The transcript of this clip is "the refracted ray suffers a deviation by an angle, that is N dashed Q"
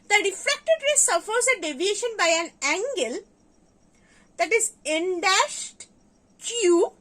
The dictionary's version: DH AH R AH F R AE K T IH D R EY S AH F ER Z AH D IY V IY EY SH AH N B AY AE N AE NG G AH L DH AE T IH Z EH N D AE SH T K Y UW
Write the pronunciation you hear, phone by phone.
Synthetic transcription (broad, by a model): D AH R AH F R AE K T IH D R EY S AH F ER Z AH D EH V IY EY SH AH N B AY AE N AE NG G AH L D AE T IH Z EH N D AE SH T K Y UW